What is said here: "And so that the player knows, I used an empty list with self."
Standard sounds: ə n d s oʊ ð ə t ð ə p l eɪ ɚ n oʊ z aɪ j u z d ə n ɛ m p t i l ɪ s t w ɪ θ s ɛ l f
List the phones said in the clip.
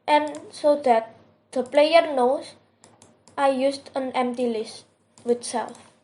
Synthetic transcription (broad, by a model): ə n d s oʊ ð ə t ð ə p l eɪ ɚ n oʊ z aɪ j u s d ə n ɛ m p t i l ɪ s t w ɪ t s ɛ l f